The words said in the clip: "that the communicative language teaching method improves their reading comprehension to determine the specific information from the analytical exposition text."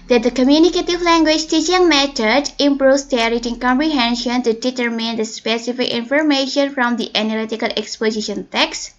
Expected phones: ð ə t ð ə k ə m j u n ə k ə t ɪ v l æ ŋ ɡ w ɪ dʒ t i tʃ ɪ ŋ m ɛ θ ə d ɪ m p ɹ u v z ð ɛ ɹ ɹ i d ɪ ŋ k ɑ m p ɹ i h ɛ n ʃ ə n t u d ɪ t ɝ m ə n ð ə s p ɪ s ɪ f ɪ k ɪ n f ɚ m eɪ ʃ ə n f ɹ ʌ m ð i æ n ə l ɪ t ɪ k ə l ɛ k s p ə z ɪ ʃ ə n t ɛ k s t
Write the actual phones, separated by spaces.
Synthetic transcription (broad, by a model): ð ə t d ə k ə m j u n ə k ə t ɪ v l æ ŋ ɡ w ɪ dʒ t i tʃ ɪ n m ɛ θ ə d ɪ m p ɹ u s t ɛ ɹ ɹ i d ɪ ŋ k ɑ m p ɹ i h ɛ n ʃ ə n t u d ɪ t ɝ m ə n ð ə s p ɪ s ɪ f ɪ k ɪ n f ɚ m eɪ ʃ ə n f ɹ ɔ m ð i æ n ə l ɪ t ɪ k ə l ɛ k s p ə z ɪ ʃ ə n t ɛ k s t